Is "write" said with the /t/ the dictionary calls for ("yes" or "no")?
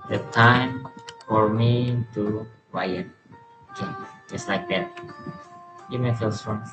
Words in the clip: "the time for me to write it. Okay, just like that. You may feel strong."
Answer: no